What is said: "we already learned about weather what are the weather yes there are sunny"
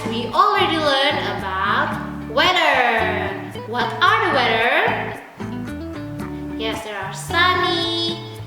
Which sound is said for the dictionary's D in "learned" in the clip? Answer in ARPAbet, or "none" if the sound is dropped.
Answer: none